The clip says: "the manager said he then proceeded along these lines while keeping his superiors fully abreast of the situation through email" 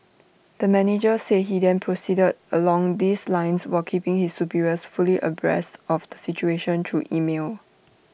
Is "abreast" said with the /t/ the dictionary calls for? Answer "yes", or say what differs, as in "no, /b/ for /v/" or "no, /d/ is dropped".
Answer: yes